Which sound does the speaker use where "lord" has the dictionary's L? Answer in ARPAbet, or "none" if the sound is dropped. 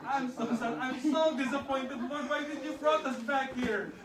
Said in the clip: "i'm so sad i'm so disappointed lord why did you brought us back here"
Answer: W